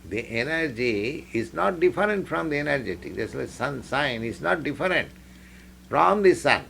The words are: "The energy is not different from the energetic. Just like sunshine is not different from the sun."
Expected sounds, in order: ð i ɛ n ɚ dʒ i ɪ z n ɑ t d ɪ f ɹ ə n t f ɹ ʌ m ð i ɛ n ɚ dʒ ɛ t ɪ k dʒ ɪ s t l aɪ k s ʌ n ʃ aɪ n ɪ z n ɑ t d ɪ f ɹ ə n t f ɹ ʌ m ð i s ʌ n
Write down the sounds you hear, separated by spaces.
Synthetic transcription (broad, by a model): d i ɛ n ɚ dʒ i ɪ z n ɑ t d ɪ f ɹ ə n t f ɹ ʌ m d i ɛ n ɚ dʒ ɛ t ɪ k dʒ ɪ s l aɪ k s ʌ n s aɪ n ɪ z n ɑ t d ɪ f ɹ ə n t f ɹ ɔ m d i s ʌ n